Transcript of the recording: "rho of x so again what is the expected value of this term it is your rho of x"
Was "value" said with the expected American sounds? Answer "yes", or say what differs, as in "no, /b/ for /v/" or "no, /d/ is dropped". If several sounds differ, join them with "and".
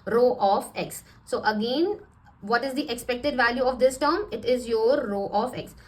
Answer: yes